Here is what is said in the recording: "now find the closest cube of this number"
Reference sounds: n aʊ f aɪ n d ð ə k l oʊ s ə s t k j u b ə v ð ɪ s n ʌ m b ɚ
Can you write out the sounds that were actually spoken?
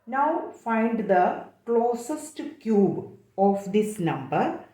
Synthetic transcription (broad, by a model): n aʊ f aɪ n d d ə k l oʊ s ə s t k j u b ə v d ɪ s n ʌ m b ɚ